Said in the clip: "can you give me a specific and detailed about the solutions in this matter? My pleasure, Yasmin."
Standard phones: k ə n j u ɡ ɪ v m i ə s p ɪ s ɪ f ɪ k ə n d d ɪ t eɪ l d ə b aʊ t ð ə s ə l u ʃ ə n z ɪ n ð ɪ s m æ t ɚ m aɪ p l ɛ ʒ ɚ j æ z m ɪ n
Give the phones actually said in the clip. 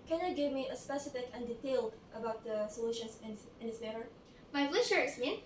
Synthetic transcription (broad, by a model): k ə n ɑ ɡ ɪ v m i ə s p ɪ s ɪ f ɪ k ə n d d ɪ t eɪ l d ə b aʊ t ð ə s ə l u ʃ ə n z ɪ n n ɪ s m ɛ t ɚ m aɪ f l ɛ ʃ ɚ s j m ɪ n